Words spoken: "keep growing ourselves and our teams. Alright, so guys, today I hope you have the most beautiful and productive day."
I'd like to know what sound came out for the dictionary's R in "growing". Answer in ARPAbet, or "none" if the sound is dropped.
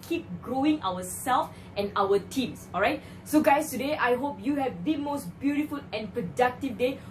R